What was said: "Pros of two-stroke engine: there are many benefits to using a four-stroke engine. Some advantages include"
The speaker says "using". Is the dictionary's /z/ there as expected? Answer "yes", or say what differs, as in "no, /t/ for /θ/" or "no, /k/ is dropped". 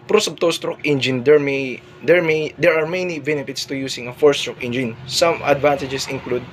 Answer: no, /s/ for /z/